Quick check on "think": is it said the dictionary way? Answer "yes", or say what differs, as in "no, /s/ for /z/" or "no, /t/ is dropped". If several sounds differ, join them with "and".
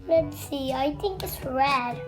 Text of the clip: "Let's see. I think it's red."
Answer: yes